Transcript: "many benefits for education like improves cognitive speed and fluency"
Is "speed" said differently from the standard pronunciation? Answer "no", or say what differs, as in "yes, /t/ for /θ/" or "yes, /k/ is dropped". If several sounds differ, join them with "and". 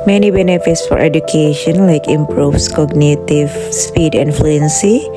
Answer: no